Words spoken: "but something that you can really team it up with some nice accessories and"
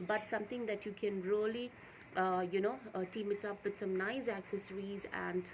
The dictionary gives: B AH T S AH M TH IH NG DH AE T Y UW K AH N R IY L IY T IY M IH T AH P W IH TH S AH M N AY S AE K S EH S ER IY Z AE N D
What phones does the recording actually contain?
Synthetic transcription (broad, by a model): B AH T S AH M T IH NG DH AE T Y UW K AH N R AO L IY T IY M IH T AH P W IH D S AH M N AY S AE K S EH S ER IY Z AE N D